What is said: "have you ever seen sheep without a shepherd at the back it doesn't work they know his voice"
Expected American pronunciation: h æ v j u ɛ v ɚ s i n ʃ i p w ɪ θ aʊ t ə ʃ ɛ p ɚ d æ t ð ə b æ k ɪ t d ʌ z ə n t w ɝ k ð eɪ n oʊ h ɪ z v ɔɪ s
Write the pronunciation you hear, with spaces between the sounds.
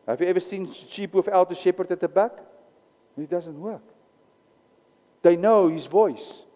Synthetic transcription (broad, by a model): h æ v j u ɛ v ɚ s i n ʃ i p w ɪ f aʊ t ə ʃ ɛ p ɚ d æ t ð ə b æ k ɪ t d ʌ z ə n t w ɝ k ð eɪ n oʊ h ɪ z v ɔɪ s